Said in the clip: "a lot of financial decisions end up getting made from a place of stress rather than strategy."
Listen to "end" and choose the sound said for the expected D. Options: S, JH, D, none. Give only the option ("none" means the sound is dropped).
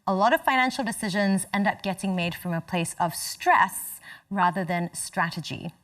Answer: D